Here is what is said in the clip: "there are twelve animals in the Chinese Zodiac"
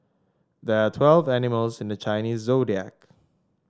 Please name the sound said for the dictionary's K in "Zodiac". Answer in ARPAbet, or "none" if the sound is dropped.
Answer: K